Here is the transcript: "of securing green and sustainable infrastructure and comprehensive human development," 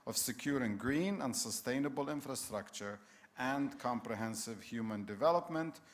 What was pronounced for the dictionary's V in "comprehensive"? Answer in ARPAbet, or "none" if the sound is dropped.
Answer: V